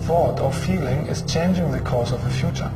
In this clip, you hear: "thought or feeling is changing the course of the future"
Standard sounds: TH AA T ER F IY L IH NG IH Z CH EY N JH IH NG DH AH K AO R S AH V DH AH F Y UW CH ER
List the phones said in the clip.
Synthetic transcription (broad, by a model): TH AA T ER F IY L IH NG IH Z CH EY N JH IH NG DH AH K AO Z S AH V DH AH F Y UW CH ER